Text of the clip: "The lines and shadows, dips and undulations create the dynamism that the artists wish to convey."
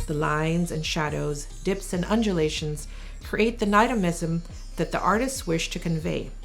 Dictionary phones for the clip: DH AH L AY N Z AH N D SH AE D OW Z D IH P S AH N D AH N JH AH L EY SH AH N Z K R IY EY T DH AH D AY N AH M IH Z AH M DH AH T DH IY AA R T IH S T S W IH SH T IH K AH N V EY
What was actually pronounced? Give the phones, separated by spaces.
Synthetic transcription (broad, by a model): DH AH L AY N Z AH N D SH AE D OW Z D IH P S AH N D AH N JH AH L EY SH AH N Z K R IY EY T DH AH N AY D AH M IH Z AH M DH AH T DH IY AA R T IH S T S W IH SH T IH K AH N V EY